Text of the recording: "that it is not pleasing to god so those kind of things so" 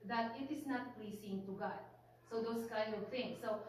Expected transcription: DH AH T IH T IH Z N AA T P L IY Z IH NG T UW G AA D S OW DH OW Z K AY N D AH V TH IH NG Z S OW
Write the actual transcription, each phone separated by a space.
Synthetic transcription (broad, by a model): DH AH T IH T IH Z N AA T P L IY S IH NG T UW G AA D S OW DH OW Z K AY N D AH V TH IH NG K S OW